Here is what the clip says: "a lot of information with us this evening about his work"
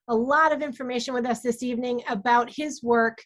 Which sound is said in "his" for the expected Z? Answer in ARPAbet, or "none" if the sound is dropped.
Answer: Z